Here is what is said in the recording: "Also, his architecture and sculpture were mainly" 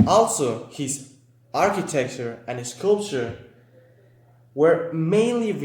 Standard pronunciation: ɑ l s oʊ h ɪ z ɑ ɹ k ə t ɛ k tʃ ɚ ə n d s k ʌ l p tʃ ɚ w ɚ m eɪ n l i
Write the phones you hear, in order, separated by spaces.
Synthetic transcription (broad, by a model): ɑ l s oʊ h ɪ z ɑ ɹ k ə t ɛ k tʃ ɚ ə n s s k ʌ l p tʃ ɚ w ɚ m eɪ n l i